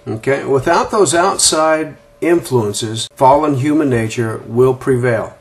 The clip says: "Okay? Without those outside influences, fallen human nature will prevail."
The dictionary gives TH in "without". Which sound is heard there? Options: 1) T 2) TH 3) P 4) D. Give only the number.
2